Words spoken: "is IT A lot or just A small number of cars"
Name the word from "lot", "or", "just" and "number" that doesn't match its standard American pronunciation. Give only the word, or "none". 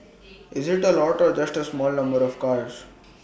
none